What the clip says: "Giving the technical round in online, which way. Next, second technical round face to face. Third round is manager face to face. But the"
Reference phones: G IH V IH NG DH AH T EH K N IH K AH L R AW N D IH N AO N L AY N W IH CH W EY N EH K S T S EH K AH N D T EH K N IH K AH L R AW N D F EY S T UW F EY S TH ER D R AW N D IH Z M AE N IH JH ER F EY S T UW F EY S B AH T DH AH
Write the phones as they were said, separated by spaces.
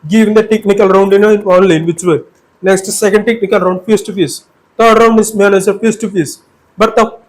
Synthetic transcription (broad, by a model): G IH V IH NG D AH T EH K N IH K AH L R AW N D IH N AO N L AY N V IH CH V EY N EH K S T S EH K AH N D T EH K N IH K AH L R AW N D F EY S T UW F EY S T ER D R AW N D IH S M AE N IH Z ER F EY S T UW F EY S B AH T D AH